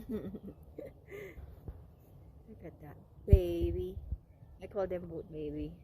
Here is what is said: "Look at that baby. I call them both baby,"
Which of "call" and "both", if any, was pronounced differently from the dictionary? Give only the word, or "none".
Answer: both